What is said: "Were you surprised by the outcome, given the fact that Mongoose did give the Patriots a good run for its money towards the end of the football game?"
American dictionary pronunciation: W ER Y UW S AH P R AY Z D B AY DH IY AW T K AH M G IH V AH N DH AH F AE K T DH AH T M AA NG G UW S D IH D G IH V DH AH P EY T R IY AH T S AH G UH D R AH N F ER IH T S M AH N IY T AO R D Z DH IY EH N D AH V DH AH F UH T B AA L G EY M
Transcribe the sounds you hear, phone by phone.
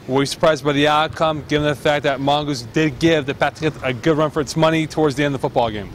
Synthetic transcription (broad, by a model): W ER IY S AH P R AY Z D B AY DH IY AW T K AH M G IH V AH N DH AH F AE K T DH AH T M AA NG G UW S D IH D G IH V DH AH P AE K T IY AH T AH G UH D R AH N F ER IH T S M AH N IY T AO R D Z DH IY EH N DH AH F UH T B AA L G EY M